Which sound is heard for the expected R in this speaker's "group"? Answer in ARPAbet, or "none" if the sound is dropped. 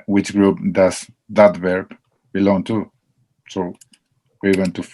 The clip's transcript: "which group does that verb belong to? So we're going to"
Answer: R